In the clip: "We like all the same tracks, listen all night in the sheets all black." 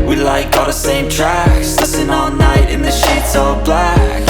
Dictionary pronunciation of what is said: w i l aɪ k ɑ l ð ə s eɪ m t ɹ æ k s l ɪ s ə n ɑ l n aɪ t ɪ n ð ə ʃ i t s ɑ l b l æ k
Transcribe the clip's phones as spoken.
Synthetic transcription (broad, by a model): w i l aɪ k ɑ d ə s eɪ m t ɹ æ k s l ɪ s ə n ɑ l n aɪ t ɪ n ð ə ʃ i t s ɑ b l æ k